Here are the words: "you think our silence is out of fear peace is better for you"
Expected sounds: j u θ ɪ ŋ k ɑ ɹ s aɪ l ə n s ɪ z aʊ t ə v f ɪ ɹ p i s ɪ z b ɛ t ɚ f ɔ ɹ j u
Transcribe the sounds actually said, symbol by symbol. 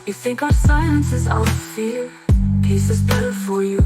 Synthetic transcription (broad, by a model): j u θ ɪ ŋ k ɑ s aɪ ə n s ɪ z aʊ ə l f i l p i s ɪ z b ɛ t ɚ f ɔ ɹ j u